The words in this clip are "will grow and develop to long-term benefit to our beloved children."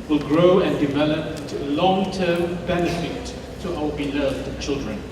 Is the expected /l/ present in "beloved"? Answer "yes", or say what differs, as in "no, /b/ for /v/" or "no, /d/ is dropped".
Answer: yes